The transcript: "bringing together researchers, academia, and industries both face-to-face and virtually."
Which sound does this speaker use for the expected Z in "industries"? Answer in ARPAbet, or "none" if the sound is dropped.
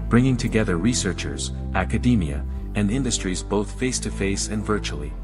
Z